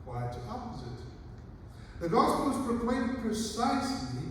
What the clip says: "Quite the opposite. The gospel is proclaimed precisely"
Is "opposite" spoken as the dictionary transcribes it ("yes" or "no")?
yes